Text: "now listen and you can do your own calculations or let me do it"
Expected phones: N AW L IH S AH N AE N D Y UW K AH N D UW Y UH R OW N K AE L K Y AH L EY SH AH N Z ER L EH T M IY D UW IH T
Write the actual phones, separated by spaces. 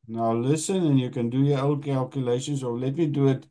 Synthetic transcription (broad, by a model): N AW L IH S AH N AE N Y UW K AH N D UW Y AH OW L K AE L K Y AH L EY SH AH N S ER L EH T M IY D UW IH T